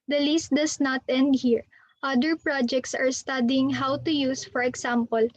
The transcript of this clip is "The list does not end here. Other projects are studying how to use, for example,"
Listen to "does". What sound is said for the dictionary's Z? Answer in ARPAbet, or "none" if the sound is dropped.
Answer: S